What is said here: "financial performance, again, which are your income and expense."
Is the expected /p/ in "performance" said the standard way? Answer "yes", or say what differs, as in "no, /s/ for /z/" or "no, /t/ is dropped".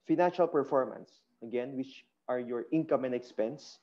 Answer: yes